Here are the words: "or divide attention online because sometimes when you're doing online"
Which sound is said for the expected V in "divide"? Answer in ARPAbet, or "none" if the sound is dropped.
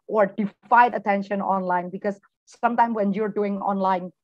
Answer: F